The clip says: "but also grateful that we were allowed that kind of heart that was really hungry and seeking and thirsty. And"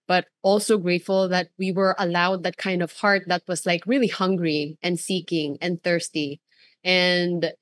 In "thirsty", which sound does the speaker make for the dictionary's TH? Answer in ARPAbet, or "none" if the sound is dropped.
TH